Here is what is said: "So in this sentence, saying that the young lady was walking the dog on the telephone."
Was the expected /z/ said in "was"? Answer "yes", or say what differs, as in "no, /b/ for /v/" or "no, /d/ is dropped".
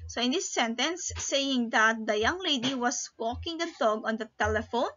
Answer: no, /s/ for /z/